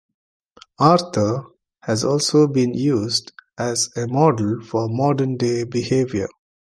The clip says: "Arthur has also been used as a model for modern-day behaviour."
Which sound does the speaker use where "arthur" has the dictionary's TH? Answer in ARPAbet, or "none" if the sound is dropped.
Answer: T